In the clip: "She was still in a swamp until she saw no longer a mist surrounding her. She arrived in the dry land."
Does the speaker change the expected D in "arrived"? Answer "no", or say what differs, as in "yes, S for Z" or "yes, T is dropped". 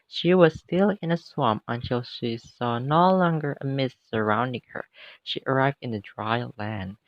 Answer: no